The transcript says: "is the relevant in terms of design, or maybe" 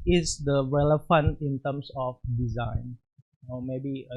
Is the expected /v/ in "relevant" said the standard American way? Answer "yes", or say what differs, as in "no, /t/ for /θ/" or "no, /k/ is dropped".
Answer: no, /f/ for /v/